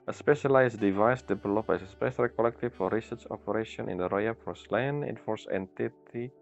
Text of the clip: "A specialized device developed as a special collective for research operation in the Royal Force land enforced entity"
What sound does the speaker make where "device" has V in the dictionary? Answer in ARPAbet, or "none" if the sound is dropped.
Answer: V